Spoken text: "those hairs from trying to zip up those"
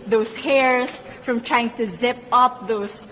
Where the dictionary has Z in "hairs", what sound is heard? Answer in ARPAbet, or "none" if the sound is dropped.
S